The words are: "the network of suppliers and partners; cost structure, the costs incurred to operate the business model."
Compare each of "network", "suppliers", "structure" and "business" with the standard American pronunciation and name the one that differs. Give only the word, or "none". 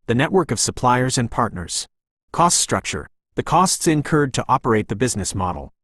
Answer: none